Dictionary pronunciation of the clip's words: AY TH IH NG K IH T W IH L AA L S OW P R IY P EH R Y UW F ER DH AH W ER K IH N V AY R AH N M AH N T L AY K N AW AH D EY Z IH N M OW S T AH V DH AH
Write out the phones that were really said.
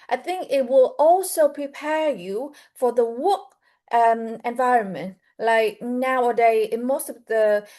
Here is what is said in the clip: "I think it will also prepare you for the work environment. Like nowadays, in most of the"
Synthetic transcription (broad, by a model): AY TH IH NG K IH T W IH L AA L S OW P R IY P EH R Y UW F ER DH AH W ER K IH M V AY R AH N M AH N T L AY K N AW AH D EY IH N M OW S T AH V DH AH